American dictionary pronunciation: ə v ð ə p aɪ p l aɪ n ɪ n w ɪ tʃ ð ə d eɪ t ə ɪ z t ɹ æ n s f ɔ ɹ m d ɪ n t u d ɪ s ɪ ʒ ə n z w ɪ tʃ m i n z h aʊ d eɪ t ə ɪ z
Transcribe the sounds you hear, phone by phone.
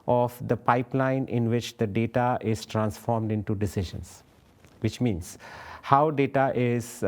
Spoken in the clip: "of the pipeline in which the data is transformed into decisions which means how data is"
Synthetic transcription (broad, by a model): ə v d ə p aɪ p l aɪ n ɪ n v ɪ tʃ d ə d eɪ t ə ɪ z t ɹ æ n s f ɔ ɹ m d ɪ n t u d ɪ s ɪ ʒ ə n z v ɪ tʃ m i n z h aʊ d eɪ t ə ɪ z